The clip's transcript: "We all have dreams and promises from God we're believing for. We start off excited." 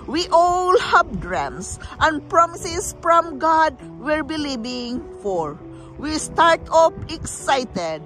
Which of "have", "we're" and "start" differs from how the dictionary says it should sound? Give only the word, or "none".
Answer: have